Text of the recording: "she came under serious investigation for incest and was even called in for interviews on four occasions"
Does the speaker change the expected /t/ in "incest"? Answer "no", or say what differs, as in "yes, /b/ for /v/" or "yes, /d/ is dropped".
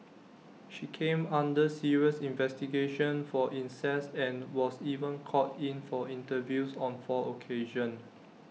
yes, /t/ is dropped